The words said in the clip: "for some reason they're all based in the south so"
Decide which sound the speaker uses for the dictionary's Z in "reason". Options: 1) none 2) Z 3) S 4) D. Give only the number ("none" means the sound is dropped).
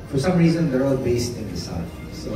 2